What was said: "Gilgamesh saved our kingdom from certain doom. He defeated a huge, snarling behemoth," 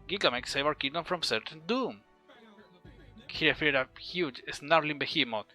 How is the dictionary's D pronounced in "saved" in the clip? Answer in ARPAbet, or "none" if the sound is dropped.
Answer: none